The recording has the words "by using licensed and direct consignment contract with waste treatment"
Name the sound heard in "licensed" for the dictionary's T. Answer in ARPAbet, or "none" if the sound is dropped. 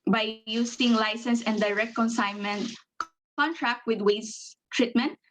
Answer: none